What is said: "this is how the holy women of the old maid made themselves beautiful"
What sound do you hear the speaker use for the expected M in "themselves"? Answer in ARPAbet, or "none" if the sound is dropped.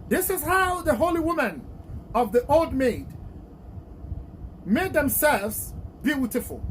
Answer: M